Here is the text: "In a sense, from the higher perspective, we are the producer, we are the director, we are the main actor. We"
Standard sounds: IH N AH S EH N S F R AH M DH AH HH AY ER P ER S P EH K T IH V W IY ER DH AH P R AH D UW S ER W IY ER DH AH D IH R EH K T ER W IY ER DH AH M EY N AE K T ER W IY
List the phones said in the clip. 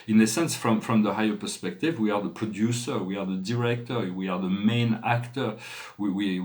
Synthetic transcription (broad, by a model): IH N AH S EH N S F R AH M DH AH HH AY ER P ER S P EH K T IH V W IY ER DH AH P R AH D UW S ER W IY ER DH AH D IH R EH K T ER W IY ER DH AH M EY N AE K T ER W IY